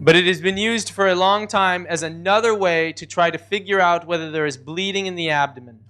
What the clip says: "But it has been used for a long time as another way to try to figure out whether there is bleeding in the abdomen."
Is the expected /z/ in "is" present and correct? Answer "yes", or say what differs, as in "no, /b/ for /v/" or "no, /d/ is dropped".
yes